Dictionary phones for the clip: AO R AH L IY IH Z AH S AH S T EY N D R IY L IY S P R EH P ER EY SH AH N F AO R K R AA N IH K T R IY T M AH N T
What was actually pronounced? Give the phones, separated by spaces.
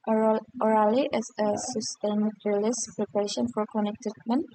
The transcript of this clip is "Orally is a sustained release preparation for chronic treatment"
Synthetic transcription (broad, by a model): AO R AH L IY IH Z AH S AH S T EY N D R L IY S P R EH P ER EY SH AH N F AO R K AA N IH K T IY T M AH N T